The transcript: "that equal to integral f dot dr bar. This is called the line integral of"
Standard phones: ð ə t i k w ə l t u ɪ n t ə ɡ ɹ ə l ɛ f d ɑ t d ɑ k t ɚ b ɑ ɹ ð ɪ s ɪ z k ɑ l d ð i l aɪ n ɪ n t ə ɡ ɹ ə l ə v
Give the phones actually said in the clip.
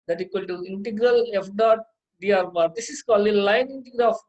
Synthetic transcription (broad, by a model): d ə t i k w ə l t u ɪ n t ə ɡ ɹ ə l ɛ f d ɑ t d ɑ t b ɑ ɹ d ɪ s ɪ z k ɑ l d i l aɪ n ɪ n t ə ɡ ɹ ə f